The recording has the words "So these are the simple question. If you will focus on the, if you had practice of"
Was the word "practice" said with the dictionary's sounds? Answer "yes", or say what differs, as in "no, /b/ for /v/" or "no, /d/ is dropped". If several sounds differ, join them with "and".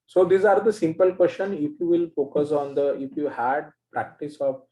yes